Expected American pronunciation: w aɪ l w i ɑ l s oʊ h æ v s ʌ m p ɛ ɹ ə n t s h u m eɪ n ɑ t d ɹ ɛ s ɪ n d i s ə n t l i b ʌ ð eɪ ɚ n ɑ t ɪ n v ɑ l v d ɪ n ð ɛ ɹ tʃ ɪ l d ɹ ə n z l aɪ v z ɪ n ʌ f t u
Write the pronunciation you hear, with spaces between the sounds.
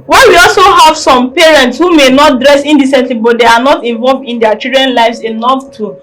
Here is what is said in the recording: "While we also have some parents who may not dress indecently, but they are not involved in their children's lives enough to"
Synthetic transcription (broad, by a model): w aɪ w i ɑ l s oʊ h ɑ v s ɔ m p ɛ ɹ ə n t s h u m eɪ n ɑ t d ɹ ɛ s ɪ n d i s ə n t l i b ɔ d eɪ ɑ n ɑ t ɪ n v ɑ l v d ɪ n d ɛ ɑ tʃ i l d ɹ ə n l aɪ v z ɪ n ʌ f t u